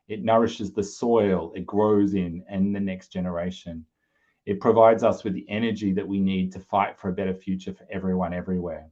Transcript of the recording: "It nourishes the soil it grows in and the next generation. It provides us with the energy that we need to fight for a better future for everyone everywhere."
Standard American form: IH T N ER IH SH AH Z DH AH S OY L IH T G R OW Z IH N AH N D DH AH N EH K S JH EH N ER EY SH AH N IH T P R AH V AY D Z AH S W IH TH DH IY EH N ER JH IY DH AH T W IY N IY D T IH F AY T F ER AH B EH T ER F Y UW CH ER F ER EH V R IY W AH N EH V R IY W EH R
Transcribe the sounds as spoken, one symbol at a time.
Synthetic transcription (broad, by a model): IH T N ER IH SH AH Z DH AH S OY L IH T G R OW Z IH N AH N DH AH N EH K S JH EH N ER EY SH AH N IH T P R AH V AY D Z AH S W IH DH IY EH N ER JH IY DH AH T W IY N IY D T IH F AY T F ER AH B EH T ER F Y UW CH ER F ER EH V R IY W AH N EH V R IY W EH R